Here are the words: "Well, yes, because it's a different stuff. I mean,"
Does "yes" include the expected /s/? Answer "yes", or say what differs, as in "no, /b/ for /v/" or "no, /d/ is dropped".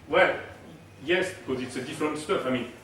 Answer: yes